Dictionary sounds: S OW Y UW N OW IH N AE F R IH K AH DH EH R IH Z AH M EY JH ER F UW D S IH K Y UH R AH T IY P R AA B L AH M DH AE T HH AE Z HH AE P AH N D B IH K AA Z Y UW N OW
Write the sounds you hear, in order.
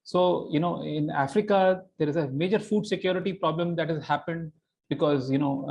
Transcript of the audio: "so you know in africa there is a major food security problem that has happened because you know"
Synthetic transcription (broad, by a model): S OW Y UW N OW IH N AE F R IH K AH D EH R IH Z AH M EY JH ER F UW D S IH K Y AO R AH T IY P R AA B L AH M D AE T HH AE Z HH AE P AH N D B IH K AA Z Y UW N OW